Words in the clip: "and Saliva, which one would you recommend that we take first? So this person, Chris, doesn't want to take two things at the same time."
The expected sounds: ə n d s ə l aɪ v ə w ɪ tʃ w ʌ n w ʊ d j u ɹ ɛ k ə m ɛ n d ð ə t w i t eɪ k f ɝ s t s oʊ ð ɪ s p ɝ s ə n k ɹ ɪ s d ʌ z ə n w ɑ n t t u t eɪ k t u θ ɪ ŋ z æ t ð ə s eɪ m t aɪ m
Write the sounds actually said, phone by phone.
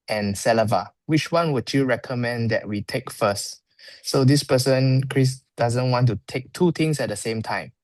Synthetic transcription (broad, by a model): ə n s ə l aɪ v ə w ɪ tʃ w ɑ n w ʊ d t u ɹ ɛ k ə m ɛ n d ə t w i t eɪ k f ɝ s t s oʊ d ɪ s p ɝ s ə n k ɹ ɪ s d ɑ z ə n w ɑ n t t u t eɪ k t u t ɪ ŋ s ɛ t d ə s eɪ m t aɪ m